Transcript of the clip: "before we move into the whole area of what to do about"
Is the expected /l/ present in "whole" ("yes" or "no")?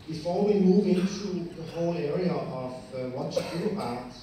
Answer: yes